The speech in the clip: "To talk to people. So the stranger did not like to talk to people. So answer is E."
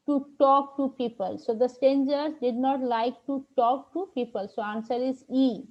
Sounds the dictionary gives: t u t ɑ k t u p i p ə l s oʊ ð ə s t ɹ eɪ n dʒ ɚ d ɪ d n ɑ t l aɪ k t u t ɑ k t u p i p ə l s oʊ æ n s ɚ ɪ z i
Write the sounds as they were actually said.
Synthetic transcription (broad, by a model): t u t ɑ k t u p i p ə l s oʊ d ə s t eɪ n dʒ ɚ d ɪ d n ɑ t l aɪ k t u t ɑ k t u p i p ə l s oʊ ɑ n s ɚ ɪ z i